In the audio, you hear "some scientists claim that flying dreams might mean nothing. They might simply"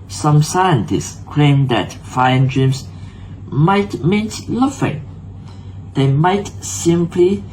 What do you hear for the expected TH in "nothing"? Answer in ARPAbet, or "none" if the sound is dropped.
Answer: F